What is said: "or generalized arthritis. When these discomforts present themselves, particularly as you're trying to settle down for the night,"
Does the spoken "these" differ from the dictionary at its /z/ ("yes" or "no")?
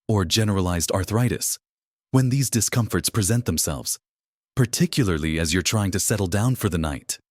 no